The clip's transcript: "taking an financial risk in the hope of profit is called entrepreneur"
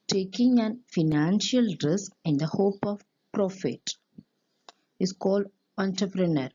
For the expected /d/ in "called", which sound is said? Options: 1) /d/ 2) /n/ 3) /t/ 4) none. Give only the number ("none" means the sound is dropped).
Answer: 1